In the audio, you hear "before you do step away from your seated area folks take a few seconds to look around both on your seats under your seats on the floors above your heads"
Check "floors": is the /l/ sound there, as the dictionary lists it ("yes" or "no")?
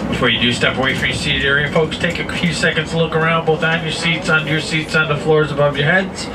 yes